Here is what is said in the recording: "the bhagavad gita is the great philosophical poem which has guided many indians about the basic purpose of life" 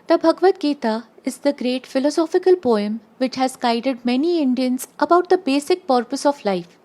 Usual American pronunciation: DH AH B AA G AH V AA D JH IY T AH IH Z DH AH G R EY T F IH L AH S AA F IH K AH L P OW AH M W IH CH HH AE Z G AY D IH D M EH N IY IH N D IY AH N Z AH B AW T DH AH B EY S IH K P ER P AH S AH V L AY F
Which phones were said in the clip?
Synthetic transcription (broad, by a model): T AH B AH G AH V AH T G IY T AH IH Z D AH G R EY T F IH L AH S AA F IH K AH L P OW AH M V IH CH HH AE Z G AY D IH D M EH N IY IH N D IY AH N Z AH B AW T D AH B EY S IH K P ER P AH S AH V L AY F